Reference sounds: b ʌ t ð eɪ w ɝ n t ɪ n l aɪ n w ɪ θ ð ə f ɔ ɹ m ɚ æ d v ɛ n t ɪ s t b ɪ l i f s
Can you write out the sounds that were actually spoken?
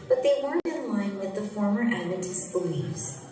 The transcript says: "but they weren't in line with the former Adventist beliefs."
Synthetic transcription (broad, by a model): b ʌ t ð eɪ w ɝ n t ɪ n l aɪ n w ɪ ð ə f ɔ ɹ m ɚ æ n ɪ t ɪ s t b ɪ l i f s